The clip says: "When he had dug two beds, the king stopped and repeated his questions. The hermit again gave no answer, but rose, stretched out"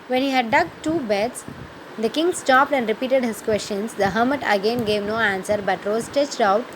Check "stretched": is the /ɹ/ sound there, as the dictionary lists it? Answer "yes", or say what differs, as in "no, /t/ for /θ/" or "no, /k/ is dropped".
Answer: no, /ɹ/ is dropped